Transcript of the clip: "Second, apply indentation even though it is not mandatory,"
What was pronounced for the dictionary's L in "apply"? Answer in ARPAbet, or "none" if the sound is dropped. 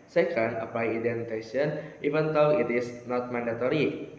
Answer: none